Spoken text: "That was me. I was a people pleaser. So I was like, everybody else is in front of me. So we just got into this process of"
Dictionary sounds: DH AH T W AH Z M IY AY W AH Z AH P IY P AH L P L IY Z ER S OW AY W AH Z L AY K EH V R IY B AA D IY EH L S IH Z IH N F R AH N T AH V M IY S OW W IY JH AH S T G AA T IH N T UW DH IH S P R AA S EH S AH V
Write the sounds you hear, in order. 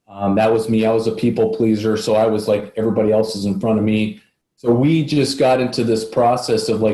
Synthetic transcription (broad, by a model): DH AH T W AH Z M IY AY W AH Z AH P IY P L P L IY Z ER S OW AY W AH Z L AY K EH V R IY B AA D IY EH L S IH Z IH N F R AH T AH V M IY S OW W IY JH AH S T G AA T IH N T UW DH IH S P R AA S EH S AH V